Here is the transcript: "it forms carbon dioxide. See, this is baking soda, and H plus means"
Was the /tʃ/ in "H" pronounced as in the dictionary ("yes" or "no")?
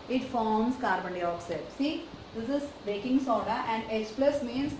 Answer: no